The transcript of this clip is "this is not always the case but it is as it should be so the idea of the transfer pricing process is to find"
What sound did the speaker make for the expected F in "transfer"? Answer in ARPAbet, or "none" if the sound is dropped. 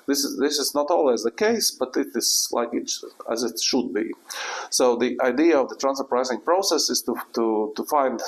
none